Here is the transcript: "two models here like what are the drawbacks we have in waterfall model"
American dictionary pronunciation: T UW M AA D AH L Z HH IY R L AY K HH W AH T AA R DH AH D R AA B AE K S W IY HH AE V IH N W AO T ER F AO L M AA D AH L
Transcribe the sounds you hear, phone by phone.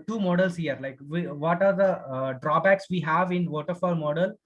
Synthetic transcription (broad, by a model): T UW M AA D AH L S HH IY R L AY K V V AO T AA R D AH D R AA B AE K S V IY HH AE V IH N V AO T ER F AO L M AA D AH L